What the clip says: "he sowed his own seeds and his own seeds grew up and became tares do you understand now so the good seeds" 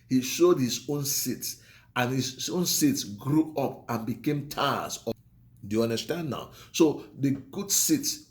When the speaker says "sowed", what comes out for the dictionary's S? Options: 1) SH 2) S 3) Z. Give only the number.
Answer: 1